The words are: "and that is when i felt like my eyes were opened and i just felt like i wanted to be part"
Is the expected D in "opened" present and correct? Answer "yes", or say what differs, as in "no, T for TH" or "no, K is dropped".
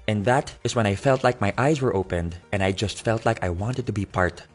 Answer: yes